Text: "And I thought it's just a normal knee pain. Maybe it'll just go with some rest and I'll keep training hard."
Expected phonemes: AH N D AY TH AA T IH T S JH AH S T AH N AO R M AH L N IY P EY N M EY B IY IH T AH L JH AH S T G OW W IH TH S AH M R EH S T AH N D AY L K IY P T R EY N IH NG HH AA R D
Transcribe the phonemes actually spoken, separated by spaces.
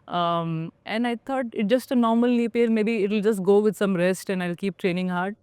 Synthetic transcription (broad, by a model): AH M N AY T AA T IH T JH AH S T AH N AO R M AH L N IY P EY L M EY B IY IH T AH L JH AH S T G OW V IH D S AH M R EH S T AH N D AY L K IY P T R EY N IH NG HH AA R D